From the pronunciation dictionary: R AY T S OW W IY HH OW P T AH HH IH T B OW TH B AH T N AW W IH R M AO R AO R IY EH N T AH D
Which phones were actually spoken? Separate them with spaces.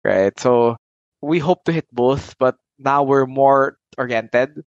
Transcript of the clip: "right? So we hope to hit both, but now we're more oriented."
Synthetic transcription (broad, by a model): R AY T S OW W IY HH OW P T AH HH IH T B OW TH B AH T N AW W IH R M AO R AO R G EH N T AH D